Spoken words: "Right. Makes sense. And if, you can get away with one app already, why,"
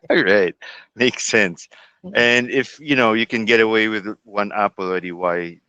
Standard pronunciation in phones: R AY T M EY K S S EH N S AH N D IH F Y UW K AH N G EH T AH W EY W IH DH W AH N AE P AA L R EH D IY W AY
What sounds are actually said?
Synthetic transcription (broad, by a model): R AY T M EY K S S EH N S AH N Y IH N Y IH K AH N G EH T AH W EY W IH DH W AH N AE P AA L IH D IY W AY